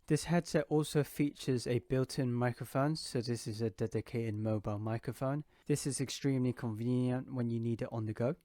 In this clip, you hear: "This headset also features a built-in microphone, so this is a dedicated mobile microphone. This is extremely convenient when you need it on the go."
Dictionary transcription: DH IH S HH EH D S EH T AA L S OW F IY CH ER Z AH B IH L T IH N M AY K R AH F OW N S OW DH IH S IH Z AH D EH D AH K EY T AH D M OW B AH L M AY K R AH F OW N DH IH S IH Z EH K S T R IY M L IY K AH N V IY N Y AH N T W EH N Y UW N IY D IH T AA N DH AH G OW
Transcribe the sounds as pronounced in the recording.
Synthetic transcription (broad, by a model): DH IH S HH EH D S EH T AA L S OW F IY CH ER Z AH B IH L T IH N M AY K R AH F OW N S OW DH IH S IH Z AH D EH D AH K EY T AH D M OW B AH L M AY K R AH F OW N DH IH S IH Z EH K S T R IY M L IY K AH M V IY N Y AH N T W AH N Y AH N IY D IH T N DH AH G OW